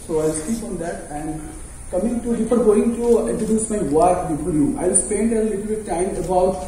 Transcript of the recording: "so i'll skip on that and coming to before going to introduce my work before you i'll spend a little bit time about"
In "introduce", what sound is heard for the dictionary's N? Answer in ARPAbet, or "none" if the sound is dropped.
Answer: none